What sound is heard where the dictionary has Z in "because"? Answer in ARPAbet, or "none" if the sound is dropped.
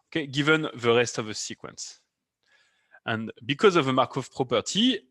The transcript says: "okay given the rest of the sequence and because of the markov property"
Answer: Z